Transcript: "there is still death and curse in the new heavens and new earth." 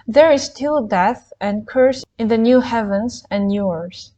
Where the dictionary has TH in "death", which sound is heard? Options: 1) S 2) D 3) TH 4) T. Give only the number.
3